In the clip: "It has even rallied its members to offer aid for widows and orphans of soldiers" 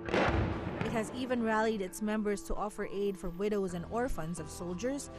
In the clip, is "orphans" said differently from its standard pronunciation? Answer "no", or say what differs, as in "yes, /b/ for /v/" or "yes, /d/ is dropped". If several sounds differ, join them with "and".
no